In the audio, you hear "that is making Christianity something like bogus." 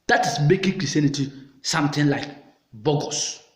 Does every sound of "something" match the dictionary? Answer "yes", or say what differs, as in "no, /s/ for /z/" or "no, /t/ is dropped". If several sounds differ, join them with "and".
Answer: no, /t/ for /θ/